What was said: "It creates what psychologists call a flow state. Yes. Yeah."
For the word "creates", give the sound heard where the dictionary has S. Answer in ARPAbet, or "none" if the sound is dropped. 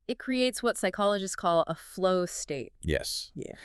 S